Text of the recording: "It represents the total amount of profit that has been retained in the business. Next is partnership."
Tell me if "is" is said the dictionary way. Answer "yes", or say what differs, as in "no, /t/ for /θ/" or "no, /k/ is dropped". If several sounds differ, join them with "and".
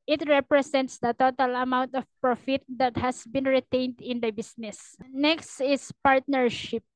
no, /s/ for /z/